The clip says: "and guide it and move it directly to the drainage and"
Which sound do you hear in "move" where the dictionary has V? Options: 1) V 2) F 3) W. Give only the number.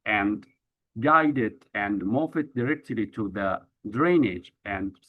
2